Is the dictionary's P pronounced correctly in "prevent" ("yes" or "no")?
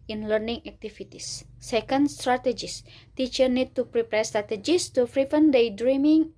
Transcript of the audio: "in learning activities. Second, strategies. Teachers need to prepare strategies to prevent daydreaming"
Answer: no